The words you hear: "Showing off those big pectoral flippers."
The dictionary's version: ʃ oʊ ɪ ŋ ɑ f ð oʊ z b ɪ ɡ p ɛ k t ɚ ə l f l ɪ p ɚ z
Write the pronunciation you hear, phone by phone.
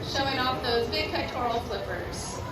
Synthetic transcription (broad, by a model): ʃ oʊ ɪ ŋ ɑ f ð oʊ z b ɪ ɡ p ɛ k t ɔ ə l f l ɪ p ɚ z